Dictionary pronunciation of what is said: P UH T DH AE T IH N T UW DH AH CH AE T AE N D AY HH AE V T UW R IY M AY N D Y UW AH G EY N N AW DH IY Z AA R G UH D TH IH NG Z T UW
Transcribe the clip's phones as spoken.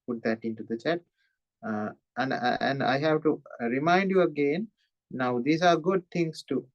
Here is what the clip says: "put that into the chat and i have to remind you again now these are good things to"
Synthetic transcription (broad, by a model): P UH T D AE T IH N T UW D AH CH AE T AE N D AY HH AE V T UW R IY M AY N D Y UW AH G EY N N AW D IY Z AA R G UH D T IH NG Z T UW